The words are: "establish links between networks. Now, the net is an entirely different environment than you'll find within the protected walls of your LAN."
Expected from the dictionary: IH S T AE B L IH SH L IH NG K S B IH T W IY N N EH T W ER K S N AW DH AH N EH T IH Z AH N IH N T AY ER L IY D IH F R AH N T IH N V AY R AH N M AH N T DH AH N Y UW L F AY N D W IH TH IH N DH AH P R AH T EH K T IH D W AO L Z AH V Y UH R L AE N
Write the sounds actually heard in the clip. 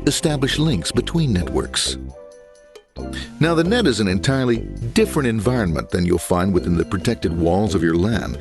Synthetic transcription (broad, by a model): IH S T AE B L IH SH L IH NG K S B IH T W IY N N EH T W ER K S N AW DH AH N EH T IH Z AH N IH N T AY ER L IY D IH F R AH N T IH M V AY R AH N M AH N DH AH N Y UW L F AY N D W IH TH IH N DH AH P R AH T EH K T IH D W AO L Z AH V Y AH R L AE N